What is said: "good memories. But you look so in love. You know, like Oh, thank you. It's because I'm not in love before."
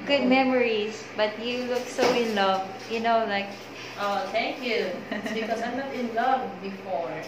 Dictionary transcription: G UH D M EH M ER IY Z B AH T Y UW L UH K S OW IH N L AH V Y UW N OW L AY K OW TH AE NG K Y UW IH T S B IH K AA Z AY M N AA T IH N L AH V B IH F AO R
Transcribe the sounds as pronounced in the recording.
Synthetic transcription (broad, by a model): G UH D M EH M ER IY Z B AH T Y UW L UH K S OW IH N L AH V Y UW N OW L AY K OW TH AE NG K Y UW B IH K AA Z AY M N AA T IH N L AH V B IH F AO R